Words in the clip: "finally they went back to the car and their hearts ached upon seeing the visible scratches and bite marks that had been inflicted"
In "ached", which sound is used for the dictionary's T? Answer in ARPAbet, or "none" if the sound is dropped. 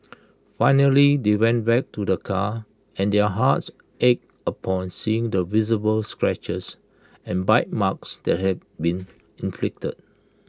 none